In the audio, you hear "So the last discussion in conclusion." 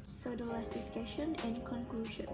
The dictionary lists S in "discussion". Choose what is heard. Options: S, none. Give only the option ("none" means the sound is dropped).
none